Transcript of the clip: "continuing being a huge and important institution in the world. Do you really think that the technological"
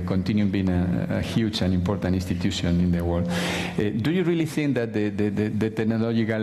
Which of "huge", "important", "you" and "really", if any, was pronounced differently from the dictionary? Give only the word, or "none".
huge